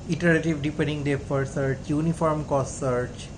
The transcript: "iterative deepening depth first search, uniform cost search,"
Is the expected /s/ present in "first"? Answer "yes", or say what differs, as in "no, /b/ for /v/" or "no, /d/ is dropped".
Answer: no, /s/ is dropped